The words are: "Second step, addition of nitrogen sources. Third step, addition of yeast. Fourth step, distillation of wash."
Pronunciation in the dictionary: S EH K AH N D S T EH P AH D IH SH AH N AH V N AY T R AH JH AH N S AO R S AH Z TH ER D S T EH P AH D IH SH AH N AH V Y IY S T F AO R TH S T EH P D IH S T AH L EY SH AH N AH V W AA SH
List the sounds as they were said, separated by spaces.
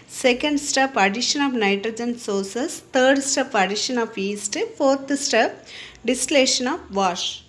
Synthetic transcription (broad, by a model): S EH K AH N D S T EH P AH D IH SH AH N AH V N AY T R AH JH AH N S AO R S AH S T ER D S T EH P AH D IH SH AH N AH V IY S T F AO R T S T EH P D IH S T L EY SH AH N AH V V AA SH